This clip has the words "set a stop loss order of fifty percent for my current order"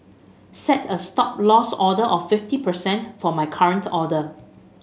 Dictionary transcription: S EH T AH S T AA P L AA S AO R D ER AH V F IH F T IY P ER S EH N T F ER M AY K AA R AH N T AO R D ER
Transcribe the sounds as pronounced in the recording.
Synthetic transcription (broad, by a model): S EH T AH S T AA P L AA S AO D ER AH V F IH F T IY P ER S EH N T F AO M AY K AA R AH N T AO D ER